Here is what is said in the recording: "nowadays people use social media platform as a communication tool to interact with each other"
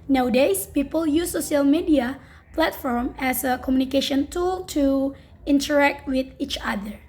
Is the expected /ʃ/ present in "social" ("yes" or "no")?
no